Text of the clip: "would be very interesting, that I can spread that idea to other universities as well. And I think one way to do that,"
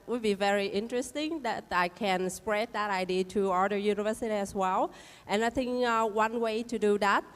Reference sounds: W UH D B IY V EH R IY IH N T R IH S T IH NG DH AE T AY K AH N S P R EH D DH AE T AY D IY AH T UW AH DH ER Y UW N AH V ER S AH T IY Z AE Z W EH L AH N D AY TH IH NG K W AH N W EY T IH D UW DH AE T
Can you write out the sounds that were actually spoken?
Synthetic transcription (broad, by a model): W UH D B IY V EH R IY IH N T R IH S T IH NG DH AE T AY K AH N S P R EH D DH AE T AY D IY AH T UW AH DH ER Y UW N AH V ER S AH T IY AE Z W EH L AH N AY TH IH NG K W AH N W EY T IH D UW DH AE T